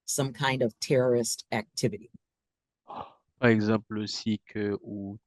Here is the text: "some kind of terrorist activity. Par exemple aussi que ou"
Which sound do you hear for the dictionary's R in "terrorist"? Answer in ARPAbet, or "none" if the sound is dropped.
R